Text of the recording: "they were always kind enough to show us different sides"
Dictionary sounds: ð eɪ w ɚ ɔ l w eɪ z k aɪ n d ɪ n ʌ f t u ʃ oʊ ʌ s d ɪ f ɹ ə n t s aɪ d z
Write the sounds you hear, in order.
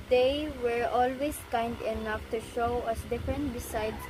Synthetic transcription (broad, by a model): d eɪ w ɚ ɔ l w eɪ s k aɪ n d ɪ n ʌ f t u ʃ oʊ ʌ s d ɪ f ɹ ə n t s aɪ d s